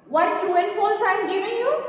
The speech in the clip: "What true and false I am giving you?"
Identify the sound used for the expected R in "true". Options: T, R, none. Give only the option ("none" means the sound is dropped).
none